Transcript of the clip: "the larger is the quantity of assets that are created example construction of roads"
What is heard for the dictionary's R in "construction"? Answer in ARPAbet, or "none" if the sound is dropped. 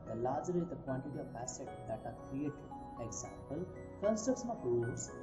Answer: none